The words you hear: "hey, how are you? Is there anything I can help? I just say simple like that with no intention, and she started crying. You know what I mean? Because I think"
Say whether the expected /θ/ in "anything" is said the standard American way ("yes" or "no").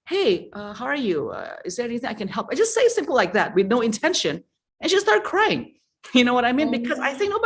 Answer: yes